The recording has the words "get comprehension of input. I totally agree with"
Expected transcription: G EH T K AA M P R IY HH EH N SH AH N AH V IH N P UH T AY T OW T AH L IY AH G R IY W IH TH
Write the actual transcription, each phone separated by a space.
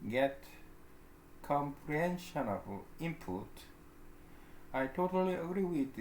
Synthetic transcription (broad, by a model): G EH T K AA M P R IY HH EH N SH AH N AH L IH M P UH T AY T OW T AH L IY AH G R IY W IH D